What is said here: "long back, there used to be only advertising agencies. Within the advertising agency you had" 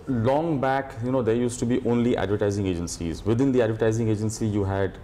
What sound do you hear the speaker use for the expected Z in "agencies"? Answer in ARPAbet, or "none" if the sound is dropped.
Z